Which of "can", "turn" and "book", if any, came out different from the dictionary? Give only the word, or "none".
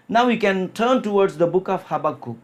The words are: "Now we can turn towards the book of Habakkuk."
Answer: none